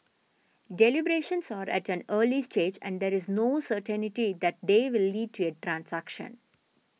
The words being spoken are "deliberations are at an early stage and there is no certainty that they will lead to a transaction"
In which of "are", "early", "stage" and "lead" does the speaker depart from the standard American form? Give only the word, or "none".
none